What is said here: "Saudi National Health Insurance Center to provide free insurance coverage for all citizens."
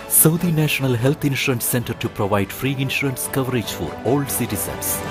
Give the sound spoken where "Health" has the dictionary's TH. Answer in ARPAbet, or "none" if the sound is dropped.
T